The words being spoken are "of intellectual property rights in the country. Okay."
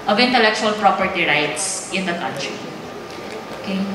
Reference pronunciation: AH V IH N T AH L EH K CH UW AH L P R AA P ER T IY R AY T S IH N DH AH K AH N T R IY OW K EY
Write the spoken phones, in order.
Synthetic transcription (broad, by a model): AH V IH N T AH L EH K CH UW AH L P R AA P ER T IY R AY T S IH N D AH K AH N T R IY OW K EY